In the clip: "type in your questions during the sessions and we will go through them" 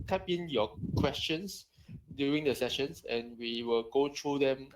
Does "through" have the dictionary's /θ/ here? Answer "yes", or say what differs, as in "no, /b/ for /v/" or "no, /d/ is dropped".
no, /t/ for /θ/